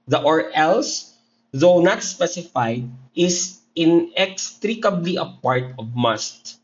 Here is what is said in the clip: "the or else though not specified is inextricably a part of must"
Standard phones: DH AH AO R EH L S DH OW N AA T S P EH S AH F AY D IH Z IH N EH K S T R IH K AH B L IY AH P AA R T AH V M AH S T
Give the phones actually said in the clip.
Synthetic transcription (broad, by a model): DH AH AO R EH L S DH OW N AA T S P EH S AH F AY D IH S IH N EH K S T R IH K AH B L IY AH P AA R T AH V M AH S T